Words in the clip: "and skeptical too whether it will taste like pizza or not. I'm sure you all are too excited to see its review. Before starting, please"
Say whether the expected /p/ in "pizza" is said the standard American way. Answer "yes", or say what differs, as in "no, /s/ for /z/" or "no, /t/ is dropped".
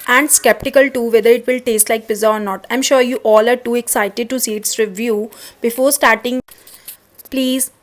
no, /b/ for /p/